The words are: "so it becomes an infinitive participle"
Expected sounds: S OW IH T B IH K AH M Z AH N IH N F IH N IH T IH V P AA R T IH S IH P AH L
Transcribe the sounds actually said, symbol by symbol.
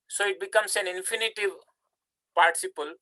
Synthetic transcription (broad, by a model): S OW IH T B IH K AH M S AH N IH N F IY N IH T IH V P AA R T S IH P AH L